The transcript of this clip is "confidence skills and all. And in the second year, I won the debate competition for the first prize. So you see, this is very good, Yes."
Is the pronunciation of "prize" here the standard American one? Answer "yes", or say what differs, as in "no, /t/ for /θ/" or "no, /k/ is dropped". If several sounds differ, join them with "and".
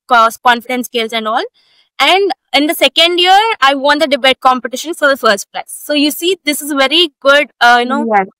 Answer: no, /l/ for /ɹ/